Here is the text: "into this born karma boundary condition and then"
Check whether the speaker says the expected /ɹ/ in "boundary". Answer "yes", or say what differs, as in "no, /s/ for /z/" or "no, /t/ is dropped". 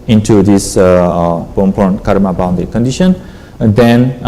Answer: no, /ɹ/ is dropped